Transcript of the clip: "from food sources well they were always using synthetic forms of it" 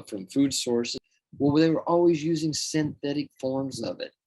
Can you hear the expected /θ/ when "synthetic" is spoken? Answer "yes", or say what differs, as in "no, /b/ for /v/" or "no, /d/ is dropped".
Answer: yes